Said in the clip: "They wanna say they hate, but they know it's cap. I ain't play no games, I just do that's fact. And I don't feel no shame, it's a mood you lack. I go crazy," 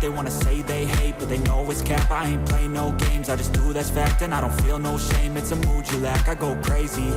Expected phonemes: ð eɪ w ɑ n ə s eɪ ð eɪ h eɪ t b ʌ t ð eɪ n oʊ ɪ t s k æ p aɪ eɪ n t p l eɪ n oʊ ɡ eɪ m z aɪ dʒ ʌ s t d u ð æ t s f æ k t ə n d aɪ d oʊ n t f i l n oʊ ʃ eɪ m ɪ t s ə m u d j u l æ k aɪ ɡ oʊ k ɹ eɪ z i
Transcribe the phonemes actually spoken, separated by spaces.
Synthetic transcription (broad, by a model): ð eɪ w ɑ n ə s eɪ ð eɪ h eɪ t b ʌ t ð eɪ l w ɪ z k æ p aɪ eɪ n p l eɪ n oʊ ɡ eɪ m z aɪ dʒ ʌ s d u ð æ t f æ k t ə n aɪ d oʊ n t f i l n oʊ ʃ eɪ m ɪ t s ə m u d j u l æ k aɪ ɡ oʊ k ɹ eɪ z i